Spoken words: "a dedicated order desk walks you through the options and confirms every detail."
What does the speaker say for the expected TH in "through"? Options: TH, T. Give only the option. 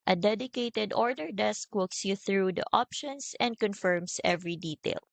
TH